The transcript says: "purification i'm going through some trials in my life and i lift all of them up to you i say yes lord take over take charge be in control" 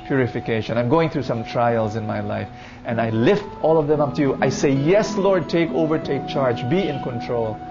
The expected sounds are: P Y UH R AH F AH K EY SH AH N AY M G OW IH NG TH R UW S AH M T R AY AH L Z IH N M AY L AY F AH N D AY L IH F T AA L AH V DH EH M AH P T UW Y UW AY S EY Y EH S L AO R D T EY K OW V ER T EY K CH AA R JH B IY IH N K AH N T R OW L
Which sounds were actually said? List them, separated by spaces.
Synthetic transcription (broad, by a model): P Y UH R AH F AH K EY SH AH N AY M G OW IH NG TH R UW S AH M T R AY AH L Z IH N M AY L AY F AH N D AY L IH F T AA L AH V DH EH M AH P T UW Y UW AY S EY Y EH S L AO R D T EY K OW V ER T EY K CH AA R JH B IY IH N K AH N T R OW L